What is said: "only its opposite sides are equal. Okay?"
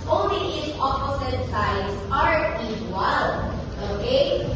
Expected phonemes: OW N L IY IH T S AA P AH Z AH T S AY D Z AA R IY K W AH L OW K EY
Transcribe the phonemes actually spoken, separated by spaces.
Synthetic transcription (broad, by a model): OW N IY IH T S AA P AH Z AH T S AY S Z AA R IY W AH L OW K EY